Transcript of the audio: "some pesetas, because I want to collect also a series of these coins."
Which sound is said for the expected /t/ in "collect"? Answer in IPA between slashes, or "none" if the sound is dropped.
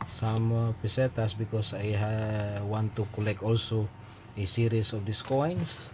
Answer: none